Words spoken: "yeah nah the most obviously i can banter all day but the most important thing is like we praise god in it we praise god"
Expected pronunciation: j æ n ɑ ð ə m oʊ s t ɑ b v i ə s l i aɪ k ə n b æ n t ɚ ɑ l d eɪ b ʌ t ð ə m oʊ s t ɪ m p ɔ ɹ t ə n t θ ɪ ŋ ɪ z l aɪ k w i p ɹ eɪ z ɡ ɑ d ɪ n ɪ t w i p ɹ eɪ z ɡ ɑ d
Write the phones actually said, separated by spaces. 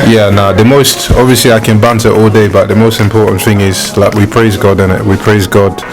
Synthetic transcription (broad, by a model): j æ n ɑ ð ə m oʊ s t ɑ b v i ə s l i aɪ k ə n b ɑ n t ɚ ɑ l d eɪ b ʌ t ð ə m oʊ s t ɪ m p ɔ ɹ t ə n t θ ɪ ŋ ɪ z l aɪ k w i p ɹ eɪ z ɡ ɑ d ɪ n ɪ t w i p ɹ eɪ z ɡ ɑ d